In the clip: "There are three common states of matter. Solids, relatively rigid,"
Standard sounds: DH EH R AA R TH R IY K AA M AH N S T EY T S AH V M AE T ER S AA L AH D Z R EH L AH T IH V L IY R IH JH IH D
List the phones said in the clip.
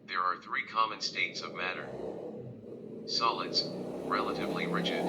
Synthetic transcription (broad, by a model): DH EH R AA R TH R IY K AA M AH N S T EY T S AH V M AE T ER S AA L AH D Z R EH L AH T IH V L IY R IH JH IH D